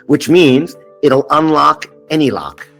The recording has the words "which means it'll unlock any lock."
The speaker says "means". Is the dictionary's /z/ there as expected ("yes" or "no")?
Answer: yes